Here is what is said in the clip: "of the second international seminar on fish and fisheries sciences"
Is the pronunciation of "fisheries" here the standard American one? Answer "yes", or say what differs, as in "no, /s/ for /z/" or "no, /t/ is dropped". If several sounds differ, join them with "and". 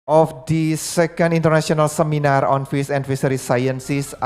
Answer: no, /s/ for /ʃ/